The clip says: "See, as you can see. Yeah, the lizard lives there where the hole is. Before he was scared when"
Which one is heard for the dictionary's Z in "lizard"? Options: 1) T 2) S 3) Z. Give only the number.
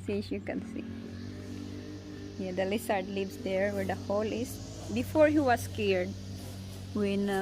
2